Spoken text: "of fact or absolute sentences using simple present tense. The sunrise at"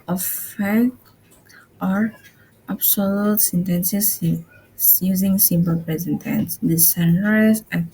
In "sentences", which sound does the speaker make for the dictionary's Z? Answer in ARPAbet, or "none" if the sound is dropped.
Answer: S